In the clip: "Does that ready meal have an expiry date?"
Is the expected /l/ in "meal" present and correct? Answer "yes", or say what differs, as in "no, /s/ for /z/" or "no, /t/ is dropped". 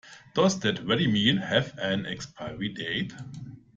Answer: no, /n/ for /l/